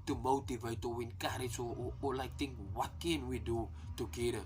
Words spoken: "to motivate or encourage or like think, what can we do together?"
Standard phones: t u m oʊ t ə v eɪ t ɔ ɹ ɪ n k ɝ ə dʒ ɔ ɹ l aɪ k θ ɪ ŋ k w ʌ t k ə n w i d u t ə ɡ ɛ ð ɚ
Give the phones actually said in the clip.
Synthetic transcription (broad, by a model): t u m oʊ t ə v eɪ t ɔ w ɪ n k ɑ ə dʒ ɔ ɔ l aɪ k t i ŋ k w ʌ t k ə n w i d u t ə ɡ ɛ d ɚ